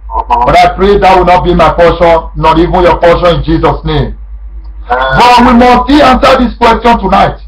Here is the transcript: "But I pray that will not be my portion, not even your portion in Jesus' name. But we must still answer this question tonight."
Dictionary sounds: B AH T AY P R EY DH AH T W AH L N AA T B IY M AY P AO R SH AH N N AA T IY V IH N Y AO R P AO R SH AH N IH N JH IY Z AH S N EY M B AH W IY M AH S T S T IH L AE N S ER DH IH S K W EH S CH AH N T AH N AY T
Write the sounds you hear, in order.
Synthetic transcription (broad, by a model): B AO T AY P R EY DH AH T W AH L N AA T B IY M AY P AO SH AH N N AA T IY V IH N Y AO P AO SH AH N IH N JH IY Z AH S N EY M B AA W IY M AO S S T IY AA N S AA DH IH S K W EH S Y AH N T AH N AY T